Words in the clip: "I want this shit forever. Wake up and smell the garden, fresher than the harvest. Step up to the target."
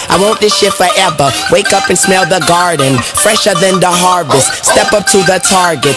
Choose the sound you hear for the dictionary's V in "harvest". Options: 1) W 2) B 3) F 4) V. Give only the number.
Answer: 4